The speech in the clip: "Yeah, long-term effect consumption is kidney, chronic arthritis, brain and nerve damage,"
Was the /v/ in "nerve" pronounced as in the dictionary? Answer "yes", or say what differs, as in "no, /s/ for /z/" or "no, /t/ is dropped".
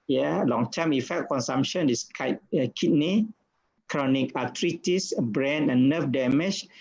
no, /f/ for /v/